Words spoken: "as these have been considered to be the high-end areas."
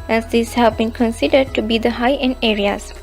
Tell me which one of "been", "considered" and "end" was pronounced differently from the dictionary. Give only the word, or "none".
end